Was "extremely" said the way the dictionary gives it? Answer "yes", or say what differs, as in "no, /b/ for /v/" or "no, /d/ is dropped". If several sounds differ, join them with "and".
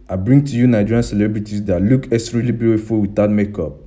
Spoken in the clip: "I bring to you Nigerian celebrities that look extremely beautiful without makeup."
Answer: no, /k/ is dropped and /m/ is dropped